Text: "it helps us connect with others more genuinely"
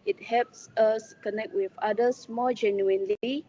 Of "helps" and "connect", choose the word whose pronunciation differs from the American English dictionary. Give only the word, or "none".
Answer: none